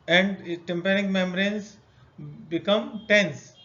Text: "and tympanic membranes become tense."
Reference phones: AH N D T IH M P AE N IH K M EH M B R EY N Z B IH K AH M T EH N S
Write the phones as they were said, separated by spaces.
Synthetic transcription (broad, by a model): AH N D T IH M P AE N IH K M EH M R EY N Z B IH K AH M T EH N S